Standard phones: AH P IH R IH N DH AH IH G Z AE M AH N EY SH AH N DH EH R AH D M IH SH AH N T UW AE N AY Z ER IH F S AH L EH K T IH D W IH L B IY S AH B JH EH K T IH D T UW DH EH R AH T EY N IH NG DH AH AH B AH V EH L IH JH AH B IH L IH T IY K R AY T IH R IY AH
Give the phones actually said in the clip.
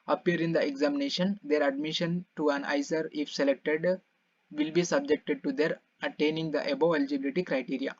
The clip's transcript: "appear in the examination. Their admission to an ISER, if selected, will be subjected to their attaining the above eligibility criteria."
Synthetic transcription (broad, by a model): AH P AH R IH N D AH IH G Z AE M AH N EY SH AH N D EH R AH D M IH SH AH N T UW AE N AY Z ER IH F S AH L EH K T IH D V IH L B IY S AH B JH EH K T IH D T UW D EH R AH T EY N IH NG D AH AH B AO EH L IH JH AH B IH L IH T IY K R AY T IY R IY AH